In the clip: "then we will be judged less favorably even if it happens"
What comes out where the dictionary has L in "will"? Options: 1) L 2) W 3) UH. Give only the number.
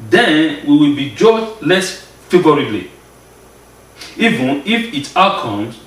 1